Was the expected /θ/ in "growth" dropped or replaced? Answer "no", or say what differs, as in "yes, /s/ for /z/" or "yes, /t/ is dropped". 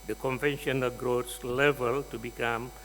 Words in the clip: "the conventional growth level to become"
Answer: yes, /s/ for /θ/